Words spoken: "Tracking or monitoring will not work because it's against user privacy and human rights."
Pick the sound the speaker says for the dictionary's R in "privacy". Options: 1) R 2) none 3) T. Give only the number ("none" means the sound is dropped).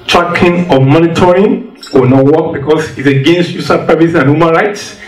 2